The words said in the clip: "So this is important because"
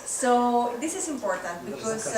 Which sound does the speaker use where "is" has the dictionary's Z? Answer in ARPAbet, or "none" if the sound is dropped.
S